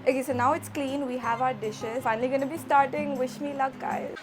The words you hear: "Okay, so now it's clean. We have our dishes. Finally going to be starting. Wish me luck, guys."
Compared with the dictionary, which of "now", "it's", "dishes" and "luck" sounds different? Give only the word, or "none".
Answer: none